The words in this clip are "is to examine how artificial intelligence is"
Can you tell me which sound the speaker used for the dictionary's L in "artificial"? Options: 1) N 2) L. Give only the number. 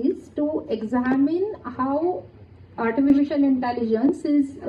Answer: 1